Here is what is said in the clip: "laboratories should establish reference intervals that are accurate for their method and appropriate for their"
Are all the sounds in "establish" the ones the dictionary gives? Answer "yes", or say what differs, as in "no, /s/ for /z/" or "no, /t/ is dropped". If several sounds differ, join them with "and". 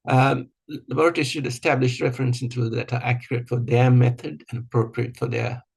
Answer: yes